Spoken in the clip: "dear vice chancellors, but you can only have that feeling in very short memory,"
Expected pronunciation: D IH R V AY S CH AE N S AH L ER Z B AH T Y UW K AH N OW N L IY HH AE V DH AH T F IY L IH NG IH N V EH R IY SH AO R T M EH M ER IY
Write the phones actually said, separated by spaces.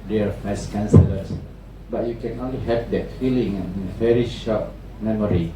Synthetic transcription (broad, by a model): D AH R F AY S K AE N S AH L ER S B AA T Y UW K AH N OW N L IY HH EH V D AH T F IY L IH NG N V EH R IY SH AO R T M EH M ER IY